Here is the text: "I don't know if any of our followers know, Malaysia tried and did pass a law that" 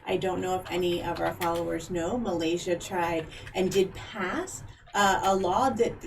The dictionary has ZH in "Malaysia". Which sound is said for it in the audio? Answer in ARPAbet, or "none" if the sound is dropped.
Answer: ZH